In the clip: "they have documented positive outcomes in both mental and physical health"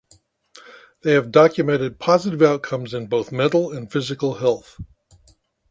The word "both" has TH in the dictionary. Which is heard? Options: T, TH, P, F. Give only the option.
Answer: TH